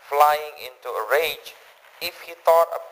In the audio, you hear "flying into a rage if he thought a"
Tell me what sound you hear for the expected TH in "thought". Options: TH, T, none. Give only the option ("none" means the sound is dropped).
T